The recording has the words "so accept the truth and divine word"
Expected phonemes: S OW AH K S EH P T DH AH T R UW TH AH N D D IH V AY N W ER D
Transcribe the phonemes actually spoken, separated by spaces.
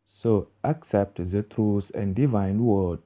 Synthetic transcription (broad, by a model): S OW AH K S EH P T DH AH T R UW S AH N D D IH V AY N W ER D